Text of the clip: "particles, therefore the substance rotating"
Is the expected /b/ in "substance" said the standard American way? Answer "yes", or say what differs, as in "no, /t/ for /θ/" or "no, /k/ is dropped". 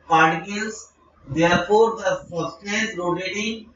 no, /b/ is dropped